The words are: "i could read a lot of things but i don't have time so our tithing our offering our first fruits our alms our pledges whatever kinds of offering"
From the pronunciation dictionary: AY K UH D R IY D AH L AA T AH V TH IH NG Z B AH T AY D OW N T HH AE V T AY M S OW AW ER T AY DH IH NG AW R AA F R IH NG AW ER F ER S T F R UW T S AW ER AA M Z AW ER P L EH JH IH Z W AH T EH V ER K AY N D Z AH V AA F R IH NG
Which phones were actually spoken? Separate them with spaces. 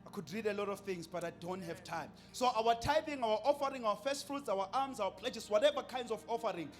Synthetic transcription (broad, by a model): AY K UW D R IY D AH L AA T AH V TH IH NG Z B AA T AY D OW N T HH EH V T AY M S OW AW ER T AY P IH NG AW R AA F R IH NG AW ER F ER S T F R UW T S AW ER AA M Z AW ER P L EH JH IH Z W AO T EH V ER K AY N D Z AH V AA F R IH NG